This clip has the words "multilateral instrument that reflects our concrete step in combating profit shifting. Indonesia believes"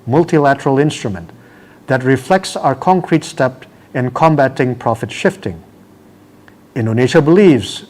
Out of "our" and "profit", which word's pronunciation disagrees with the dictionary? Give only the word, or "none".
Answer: none